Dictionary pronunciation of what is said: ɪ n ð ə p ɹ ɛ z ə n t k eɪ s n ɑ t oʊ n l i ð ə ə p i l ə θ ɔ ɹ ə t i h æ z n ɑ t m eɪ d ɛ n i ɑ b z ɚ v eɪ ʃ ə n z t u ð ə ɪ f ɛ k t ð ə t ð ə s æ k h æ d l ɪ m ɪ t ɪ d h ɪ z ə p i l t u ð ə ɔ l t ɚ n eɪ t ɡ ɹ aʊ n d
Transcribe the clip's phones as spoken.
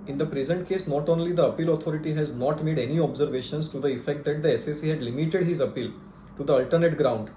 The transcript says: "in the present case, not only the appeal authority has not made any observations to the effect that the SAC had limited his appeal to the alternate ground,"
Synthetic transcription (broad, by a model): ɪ n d ə p ɹ ɛ z ə n t k eɪ s n ɑ t oʊ n l i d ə ə p i l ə t ɔ ɹ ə t i h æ z n ɑ t m eɪ d ɛ n i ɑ b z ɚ v eɪ ʃ ə n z t u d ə ɪ f ɛ k t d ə t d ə s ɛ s h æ d l ɪ m ɪ t ɪ d h ɪ z ə p i l t u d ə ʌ l t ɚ n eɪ t ɡ ɹ aʊ n d